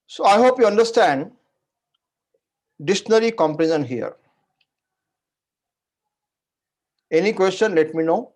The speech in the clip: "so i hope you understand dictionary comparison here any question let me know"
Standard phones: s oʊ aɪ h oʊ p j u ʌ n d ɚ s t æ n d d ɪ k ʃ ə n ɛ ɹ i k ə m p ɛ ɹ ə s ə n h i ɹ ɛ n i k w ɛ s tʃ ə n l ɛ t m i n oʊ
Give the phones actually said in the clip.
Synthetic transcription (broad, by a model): s oʊ aɪ h oʊ p j u ʌ n d ɚ s t æ n d d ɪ ʃ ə n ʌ ɹ i k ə m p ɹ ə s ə n h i ɹ ɛ n i k w ɛ s tʃ ə n l ɛ t m i n oʊ